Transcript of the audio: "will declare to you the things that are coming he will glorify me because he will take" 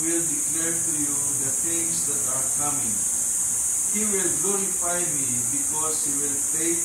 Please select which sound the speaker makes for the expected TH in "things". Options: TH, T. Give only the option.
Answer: T